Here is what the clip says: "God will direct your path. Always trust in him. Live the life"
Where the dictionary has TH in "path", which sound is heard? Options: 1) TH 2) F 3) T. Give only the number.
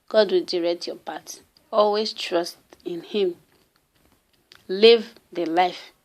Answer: 3